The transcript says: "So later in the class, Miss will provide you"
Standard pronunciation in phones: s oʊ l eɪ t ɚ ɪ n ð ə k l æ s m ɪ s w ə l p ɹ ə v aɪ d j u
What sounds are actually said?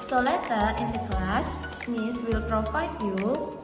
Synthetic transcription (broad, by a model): s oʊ l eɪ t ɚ ɪ n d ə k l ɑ s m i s w ə l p ɹ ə f aɪ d j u